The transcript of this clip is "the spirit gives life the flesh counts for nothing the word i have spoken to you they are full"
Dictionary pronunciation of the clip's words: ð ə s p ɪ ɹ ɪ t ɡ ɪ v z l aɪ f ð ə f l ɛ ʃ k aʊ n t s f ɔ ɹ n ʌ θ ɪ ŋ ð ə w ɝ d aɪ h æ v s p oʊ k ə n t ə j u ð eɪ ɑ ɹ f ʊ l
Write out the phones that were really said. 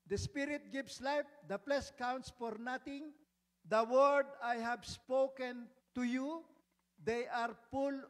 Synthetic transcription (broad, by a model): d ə s p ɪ ɹ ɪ t ɡ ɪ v s l aɪ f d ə p l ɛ s k aʊ n t s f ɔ ɹ n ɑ t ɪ ŋ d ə w ɝ d aɪ h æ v s p oʊ k ə n t ə j u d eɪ ɑ ɹ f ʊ l